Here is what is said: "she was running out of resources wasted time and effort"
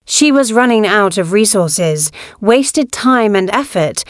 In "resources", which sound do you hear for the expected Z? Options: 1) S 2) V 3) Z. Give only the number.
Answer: 3